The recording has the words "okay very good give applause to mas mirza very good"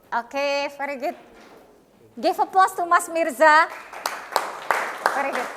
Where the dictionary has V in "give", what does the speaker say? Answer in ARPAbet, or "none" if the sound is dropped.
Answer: F